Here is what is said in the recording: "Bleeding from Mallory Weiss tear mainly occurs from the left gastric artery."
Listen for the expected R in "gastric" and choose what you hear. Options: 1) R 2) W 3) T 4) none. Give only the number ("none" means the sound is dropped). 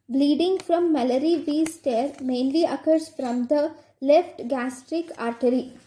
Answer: 1